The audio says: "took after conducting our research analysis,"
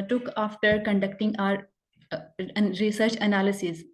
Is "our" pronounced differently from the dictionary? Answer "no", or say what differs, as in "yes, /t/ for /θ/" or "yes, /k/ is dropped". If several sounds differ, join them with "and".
no